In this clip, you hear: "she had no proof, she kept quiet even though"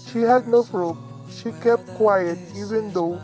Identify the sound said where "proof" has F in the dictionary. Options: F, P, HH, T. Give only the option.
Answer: P